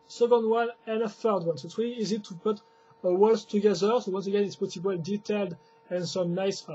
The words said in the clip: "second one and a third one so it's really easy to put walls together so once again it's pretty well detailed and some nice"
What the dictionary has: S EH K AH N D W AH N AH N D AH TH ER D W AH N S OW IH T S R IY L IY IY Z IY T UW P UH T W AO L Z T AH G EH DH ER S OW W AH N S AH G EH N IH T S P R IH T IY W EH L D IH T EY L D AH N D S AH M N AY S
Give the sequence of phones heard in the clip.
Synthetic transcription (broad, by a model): S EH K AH N D W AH N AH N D AH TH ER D W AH N S OW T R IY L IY IY Z IY T UW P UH T W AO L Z T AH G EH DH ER S OW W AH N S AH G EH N IH T S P IH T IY W EH L D IH T EY L D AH N S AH M N AY S